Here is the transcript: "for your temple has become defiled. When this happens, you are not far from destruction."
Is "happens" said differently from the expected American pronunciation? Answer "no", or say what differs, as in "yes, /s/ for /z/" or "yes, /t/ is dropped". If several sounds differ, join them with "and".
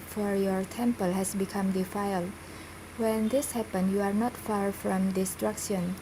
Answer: yes, /z/ is dropped